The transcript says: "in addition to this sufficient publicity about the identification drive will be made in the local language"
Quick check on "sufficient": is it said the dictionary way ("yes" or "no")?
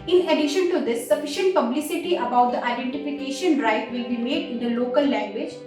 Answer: yes